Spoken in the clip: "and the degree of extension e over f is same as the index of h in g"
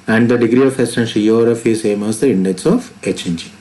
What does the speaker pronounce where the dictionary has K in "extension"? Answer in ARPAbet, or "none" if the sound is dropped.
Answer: none